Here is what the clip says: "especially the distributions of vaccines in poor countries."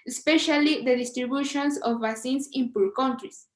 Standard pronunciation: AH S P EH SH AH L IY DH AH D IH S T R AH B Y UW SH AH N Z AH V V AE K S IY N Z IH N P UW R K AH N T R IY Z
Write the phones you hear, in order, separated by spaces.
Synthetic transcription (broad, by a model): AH S P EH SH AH L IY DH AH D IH S T R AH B Y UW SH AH N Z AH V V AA S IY N S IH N P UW L K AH N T R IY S